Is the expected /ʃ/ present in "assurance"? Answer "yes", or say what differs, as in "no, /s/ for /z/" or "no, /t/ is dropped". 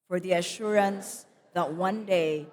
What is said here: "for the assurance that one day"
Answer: yes